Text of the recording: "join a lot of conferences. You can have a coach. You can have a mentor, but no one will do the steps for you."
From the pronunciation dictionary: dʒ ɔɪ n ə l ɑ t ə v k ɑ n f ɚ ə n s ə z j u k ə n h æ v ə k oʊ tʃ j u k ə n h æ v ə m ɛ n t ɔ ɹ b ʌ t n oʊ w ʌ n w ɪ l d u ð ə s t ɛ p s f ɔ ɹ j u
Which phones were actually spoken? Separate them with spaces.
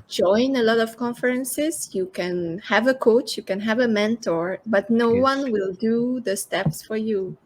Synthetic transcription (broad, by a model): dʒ ɔɪ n ə l ɑ t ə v k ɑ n f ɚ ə n s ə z j u k ə n h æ v ə k oʊ tʃ j u k ə n h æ v ə m ɛ n t ɔ ɹ b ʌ t n oʊ w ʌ n w ɪ l d u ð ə s t ɛ p s f ɔ ɹ j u